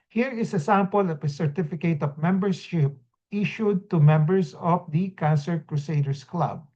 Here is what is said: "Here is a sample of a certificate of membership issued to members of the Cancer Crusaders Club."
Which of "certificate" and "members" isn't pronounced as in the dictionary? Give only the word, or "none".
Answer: members